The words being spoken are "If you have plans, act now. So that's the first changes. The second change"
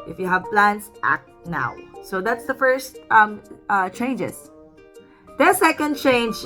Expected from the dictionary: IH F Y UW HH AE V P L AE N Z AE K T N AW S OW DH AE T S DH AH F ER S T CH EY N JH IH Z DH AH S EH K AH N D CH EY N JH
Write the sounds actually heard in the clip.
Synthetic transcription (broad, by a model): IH F Y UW HH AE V P L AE N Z AE K T N AW S OW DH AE T S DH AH F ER S T CH EY N JH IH S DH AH S EH K AH N D CH EY N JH